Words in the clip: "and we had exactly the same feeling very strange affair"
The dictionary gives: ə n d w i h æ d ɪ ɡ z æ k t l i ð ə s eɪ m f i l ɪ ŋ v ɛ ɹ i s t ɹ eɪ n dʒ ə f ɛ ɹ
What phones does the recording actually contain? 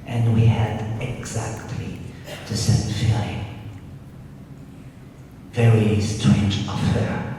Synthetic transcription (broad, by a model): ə n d w i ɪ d ɪ ɡ z æ k t l i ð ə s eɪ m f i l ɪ v ɛ ɹ i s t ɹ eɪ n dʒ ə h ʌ ɹ